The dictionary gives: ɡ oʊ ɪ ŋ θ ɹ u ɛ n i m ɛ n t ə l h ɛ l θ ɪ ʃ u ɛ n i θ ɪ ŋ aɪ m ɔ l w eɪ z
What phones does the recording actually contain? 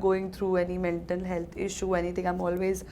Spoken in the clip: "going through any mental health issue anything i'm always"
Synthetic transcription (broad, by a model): ɡ oʊ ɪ ŋ t ɹ u ɛ n i m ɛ n t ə n h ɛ l t ɪ ʃ u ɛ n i t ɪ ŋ aɪ m ɔ l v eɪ z